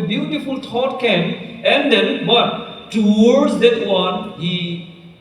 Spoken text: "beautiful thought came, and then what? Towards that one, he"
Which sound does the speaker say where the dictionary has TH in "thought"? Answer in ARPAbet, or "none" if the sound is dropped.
T